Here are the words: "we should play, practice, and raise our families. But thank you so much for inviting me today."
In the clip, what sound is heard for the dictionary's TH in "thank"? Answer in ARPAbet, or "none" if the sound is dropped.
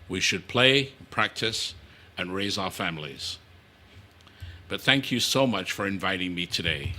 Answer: TH